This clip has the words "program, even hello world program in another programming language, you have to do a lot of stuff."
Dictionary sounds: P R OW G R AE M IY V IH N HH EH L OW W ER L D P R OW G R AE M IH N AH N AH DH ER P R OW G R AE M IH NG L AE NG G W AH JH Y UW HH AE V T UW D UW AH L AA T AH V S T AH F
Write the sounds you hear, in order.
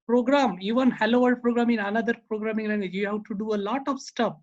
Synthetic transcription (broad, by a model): P R OW G R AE M IY V IH N HH EH L OW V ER D P R OW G R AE M IH N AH N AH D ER P R OW G R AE M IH NG L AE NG G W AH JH Y UW HH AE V T UW D UW AH L AA T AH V S T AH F